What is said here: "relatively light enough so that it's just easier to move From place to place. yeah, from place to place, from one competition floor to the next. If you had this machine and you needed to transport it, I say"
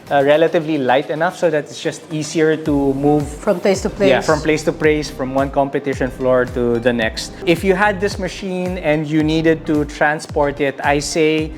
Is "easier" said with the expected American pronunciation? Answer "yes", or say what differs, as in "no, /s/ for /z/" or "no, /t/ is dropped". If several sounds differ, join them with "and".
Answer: no, /s/ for /z/